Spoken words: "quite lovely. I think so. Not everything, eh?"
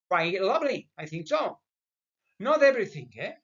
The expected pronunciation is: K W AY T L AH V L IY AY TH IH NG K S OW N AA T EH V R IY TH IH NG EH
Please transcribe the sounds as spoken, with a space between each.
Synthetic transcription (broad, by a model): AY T L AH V L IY AY TH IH NG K S OW N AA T EH V R IY TH IH NG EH